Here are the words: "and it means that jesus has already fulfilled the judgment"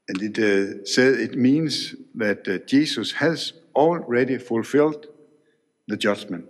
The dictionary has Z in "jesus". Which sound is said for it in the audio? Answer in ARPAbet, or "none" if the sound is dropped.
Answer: S